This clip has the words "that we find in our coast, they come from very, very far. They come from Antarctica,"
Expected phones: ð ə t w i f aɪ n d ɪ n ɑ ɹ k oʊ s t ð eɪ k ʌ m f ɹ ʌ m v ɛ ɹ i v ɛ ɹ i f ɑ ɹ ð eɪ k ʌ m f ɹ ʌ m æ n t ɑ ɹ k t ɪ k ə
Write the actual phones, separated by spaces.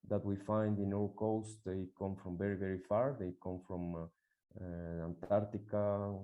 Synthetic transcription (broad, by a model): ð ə t w i f aɪ n d ɪ n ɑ w k oʊ s t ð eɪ k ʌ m f ɹ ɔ m v ɛ ɹ i v ɛ ɹ i f ɑ ɹ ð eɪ k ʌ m f ɹ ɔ m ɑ n t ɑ ɹ t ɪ k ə